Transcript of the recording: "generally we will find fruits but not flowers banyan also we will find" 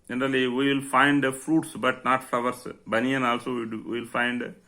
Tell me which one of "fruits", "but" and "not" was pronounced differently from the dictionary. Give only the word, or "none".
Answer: none